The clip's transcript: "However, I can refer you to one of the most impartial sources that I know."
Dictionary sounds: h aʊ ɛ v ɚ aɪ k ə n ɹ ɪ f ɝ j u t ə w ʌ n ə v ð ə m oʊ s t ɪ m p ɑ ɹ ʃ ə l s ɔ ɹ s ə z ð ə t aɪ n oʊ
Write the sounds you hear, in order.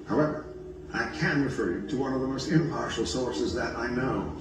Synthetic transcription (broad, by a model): h aʊ ɛ v ɚ aɪ k ə n ɹ ɪ f ɝ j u t ə w ʌ n ə v ð ə m oʊ s t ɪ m p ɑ ɹ ʃ l s ɔ ɹ s ə z ð ə t aɪ n oʊ